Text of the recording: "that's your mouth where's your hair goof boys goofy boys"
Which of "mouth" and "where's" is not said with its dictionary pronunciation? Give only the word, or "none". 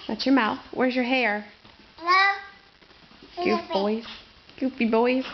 none